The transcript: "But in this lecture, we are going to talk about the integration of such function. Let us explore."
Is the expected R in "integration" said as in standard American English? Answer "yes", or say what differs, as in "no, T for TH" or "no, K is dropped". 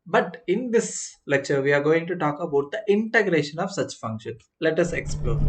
yes